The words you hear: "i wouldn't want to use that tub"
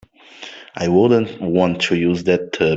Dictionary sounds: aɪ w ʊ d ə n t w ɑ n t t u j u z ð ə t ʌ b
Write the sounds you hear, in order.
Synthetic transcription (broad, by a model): aɪ w ʊ d ə n t w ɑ n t t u j u z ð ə t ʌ